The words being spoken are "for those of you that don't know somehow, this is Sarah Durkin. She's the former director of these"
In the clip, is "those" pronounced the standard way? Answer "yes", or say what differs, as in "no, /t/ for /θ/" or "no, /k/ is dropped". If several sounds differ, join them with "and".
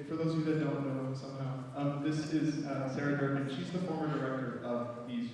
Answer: no, /z/ is dropped